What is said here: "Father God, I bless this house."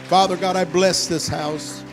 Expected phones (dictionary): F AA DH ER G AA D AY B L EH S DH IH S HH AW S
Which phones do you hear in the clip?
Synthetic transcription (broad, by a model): F AA DH ER G AA D AY B L EH S DH IH S HH AW S